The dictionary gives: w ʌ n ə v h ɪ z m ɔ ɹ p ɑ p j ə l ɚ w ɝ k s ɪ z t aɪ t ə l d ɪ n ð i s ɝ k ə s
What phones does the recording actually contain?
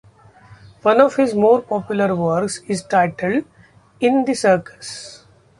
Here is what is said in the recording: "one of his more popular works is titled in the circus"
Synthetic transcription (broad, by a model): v ʌ n ə v h ɪ z m ɔ ɹ p ɑ p j ə l ɚ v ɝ k s ɪ z t aɪ t ə l d ɪ n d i s ɝ k ə s